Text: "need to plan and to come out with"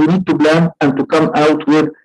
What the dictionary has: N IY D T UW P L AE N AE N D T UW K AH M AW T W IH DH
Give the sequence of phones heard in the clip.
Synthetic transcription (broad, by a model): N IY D T UW B L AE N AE N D T UW K AH M AW T W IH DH